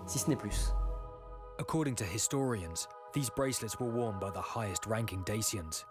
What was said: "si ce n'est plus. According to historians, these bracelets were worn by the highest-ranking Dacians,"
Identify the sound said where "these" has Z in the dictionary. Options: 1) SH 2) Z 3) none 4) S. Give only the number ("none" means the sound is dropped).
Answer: 2